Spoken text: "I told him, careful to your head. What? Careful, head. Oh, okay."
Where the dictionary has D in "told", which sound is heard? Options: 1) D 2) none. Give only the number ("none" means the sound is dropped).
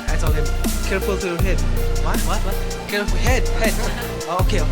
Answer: 2